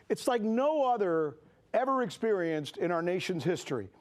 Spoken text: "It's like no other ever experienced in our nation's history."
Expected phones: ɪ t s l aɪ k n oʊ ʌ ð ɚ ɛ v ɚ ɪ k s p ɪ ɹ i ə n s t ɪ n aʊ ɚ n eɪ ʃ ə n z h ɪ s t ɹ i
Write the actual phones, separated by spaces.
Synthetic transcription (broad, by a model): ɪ t s l aɪ k n oʊ ʌ ð ɚ ɛ v ɚ ɪ k s p ɪ ɹ i ə n s t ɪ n aʊ ɚ n eɪ ʃ ə n z h ɪ s t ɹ i